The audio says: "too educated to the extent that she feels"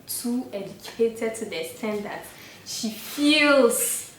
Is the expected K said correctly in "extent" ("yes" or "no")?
no